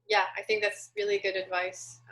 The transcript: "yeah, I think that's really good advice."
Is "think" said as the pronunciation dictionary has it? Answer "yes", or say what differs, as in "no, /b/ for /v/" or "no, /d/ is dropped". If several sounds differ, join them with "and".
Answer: yes